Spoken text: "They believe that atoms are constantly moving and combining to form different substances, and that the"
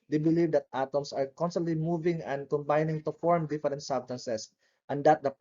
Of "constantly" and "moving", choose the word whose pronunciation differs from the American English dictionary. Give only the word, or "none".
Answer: none